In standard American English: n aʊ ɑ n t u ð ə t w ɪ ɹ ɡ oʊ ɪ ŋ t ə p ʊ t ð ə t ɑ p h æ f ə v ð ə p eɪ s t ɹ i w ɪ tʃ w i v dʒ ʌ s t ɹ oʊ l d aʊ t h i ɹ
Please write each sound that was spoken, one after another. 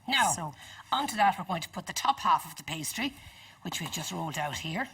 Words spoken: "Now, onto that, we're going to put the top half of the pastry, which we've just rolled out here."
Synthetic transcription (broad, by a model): n aʊ ɑ n t u ð ə t w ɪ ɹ ɡ oʊ ɪ ŋ t ə p ʊ t ð ə t ɑ p h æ f ə v ð ə p eɪ s t ɹ i w ɪ tʃ w i v dʒ ʌ s t ɹ oʊ l d aʊ t h i ɹ